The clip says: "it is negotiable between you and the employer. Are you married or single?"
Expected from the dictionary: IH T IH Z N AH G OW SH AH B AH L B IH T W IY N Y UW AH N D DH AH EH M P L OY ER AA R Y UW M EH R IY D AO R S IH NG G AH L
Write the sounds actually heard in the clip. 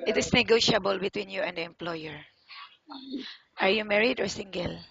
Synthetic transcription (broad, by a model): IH T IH S N AH G OW SH AH B AH L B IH T W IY N Y UW AH N D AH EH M P L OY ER AA R Y UW M EH R IY D AO R S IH NG G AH L